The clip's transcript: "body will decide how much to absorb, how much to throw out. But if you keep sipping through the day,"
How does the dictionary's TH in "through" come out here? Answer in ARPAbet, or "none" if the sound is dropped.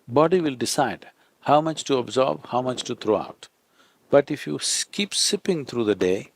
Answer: T